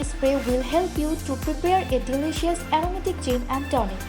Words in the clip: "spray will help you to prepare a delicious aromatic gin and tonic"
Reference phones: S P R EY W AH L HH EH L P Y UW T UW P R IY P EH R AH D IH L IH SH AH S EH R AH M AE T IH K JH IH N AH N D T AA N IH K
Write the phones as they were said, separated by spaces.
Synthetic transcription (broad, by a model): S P R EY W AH L HH EH L P Y UW T UW P R IY P EH R AH D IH L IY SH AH S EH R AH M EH T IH K CH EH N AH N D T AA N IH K